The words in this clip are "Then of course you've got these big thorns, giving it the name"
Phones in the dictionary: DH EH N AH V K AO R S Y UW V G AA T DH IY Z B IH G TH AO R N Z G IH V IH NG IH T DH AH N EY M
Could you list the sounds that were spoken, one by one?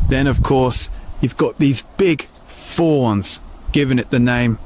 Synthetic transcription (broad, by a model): DH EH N AH V K AO R S Y UW V G AA T DH IY Z B IH G F AO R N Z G IH V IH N IH T DH AH N EY M